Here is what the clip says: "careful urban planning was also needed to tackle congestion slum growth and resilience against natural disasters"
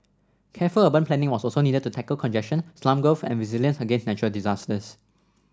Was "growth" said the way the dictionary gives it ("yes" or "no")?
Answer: no